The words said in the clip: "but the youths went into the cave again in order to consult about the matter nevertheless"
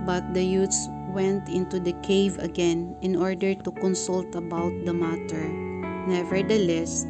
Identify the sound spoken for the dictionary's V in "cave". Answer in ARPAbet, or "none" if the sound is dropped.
V